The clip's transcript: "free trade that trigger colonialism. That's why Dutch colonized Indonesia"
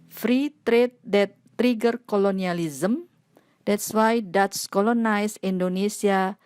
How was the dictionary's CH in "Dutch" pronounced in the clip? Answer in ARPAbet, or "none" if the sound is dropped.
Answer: S